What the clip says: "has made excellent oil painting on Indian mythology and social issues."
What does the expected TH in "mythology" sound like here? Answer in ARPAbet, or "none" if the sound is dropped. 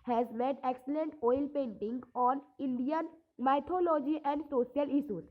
T